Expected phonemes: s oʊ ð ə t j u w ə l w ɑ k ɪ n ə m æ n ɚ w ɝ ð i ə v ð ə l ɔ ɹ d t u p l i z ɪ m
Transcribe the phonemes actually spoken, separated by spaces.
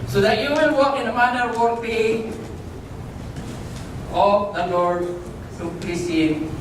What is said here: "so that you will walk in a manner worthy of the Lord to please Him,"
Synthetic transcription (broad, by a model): s oʊ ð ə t j u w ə n w ɑ k ɪ n ə m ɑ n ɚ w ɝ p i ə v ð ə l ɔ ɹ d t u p i s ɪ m